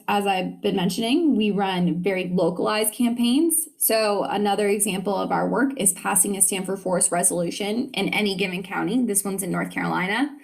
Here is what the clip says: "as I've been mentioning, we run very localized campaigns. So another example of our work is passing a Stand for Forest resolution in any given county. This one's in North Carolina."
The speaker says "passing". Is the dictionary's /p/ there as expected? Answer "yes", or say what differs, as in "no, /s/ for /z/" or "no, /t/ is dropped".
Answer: yes